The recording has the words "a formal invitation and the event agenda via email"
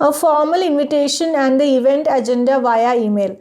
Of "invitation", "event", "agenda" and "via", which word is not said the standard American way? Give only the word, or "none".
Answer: none